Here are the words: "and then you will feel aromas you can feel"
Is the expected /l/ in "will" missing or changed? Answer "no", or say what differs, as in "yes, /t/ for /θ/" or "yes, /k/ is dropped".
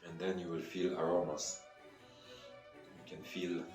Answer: no